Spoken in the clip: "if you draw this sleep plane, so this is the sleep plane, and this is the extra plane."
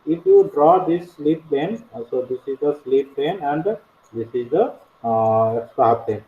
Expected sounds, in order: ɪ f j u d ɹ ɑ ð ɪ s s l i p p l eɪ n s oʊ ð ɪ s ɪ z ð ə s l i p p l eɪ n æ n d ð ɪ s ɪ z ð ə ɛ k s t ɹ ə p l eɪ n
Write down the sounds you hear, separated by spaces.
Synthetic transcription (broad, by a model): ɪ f j u d ɹ ɑ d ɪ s s l i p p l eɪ n s oʊ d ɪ s ɪ z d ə s l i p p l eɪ n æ n d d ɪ s ɪ z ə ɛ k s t ə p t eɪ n